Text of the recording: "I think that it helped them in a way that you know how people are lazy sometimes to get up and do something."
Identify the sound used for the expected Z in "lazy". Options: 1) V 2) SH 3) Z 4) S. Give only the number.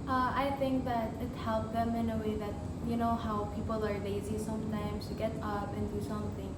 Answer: 3